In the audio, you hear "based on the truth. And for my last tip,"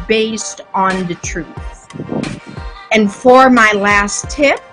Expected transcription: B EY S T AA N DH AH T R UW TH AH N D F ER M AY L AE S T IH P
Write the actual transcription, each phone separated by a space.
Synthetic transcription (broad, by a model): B EY S T N DH AH T R UW TH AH N F ER M AY L AE S T IH P